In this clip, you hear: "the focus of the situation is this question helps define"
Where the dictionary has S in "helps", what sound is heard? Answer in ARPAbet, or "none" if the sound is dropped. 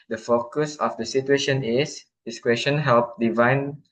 none